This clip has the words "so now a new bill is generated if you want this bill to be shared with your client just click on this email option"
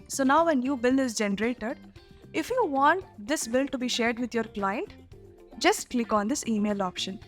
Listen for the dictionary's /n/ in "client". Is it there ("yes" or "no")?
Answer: yes